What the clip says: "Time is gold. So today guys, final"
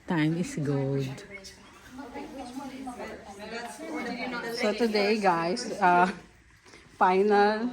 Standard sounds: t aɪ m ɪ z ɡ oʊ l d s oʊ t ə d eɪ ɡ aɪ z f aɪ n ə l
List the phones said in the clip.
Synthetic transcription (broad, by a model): t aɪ m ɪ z ɡ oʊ d s oʊ t ə d eɪ ɡ aɪ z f aɪ n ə l